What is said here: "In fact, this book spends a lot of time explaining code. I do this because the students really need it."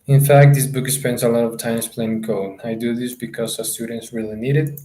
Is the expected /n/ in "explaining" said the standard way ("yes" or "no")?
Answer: no